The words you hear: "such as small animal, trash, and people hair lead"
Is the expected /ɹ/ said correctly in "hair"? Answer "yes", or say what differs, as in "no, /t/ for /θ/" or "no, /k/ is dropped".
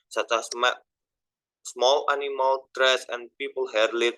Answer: yes